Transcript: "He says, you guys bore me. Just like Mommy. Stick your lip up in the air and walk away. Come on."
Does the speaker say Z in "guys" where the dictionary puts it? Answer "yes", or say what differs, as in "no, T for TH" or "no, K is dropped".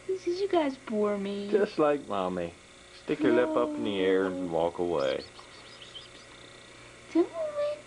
yes